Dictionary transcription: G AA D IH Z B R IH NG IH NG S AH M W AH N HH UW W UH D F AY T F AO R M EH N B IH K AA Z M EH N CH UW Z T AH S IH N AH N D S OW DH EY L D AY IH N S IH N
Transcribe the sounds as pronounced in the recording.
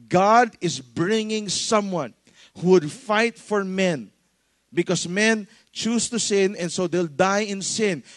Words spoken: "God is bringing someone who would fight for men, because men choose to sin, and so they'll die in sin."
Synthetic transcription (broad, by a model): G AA D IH S B R IH NG IH NG S AH M W AH N HH UW W UH D F AY T F AO R M EH N B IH K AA S M EH N CH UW S T AH S IH N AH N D S OW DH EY L D AY IH N S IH N